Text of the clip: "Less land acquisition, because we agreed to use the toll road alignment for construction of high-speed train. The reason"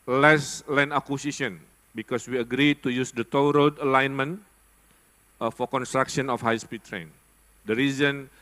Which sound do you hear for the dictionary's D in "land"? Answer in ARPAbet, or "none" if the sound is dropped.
none